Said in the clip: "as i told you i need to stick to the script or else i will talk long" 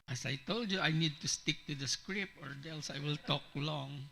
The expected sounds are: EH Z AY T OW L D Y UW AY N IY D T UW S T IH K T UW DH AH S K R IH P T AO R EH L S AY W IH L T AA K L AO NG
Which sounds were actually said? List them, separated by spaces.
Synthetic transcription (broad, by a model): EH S AY T OW L D Y UW AY N IY D T UW S T IH K T UW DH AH S K R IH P AO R EH L S AY W IH L T AA K L AO NG